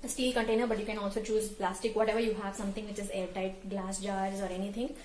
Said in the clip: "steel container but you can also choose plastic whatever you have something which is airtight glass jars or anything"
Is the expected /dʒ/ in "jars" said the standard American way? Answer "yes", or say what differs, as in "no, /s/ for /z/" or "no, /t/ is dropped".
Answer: yes